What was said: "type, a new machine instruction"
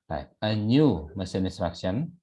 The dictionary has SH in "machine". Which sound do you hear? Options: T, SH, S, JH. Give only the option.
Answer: S